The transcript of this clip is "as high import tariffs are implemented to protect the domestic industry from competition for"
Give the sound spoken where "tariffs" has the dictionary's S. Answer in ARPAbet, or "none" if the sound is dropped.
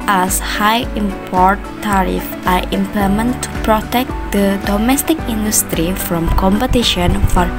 none